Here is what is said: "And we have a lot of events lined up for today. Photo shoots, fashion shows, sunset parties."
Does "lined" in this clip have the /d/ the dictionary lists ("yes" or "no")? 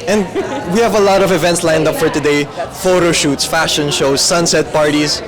yes